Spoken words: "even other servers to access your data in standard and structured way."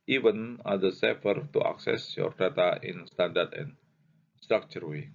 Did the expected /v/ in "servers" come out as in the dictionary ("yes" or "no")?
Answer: no